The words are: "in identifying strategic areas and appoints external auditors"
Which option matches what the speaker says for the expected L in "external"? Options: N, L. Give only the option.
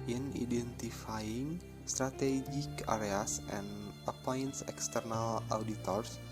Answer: L